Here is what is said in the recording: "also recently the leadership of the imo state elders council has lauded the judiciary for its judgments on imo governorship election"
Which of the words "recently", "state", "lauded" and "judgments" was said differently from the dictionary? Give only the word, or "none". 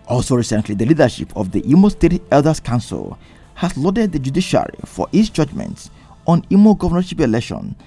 none